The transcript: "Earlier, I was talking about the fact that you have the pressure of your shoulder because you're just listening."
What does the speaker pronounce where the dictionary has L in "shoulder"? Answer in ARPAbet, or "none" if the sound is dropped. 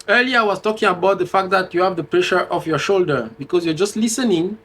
L